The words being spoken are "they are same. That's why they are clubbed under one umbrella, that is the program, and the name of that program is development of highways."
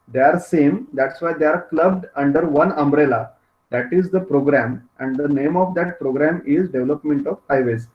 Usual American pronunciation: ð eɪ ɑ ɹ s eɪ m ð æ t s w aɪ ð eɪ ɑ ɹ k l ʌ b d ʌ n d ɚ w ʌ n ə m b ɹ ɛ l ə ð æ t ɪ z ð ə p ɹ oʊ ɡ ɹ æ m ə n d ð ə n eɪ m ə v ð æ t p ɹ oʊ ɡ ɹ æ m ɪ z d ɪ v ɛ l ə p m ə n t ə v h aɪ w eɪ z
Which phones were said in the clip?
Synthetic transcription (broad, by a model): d eɪ ɑ ɹ s eɪ m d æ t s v aɪ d eɪ ɑ ɹ k l ʌ b d ʌ n d ɚ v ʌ n ə m b ɹ ɛ l ə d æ t ɪ z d ə p ɹ oʊ ɡ ɹ æ m ə n d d ə n eɪ m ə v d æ t p ɹ oʊ ɡ ɹ æ m ɪ z d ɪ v l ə p m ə n t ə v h aɪ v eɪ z